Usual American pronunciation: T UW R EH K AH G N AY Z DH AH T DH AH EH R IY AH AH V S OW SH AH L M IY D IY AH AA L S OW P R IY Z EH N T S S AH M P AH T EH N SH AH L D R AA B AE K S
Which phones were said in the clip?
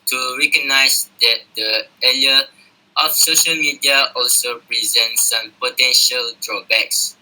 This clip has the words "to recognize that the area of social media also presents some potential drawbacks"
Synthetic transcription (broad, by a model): T UW R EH K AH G N AY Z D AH T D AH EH L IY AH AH F S OW SH AH L M IY D IY AH AA L S OW P R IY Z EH N T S S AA M P AH T EH N SH AH L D R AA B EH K S